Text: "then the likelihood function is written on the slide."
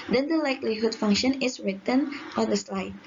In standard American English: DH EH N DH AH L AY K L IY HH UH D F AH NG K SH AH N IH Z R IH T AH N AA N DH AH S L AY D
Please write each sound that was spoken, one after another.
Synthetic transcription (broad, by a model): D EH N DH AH L AY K L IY HH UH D F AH NG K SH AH N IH S R IH T AH N AA N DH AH S L AY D